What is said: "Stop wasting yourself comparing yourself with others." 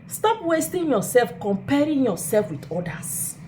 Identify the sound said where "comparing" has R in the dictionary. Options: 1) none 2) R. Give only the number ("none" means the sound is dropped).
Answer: 2